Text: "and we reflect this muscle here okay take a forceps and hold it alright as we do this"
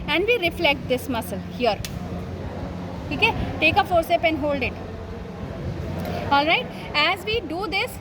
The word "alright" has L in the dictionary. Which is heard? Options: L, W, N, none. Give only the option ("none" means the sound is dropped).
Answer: L